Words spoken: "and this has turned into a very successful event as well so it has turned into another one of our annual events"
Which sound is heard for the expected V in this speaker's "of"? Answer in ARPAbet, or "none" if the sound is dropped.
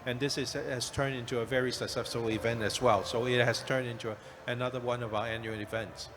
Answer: V